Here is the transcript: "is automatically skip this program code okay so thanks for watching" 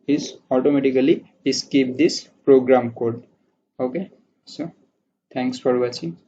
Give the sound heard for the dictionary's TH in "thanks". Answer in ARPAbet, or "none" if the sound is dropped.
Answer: T